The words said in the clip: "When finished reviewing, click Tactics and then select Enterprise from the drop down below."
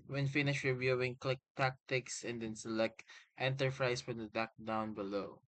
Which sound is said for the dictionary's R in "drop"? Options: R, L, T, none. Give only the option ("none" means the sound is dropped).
none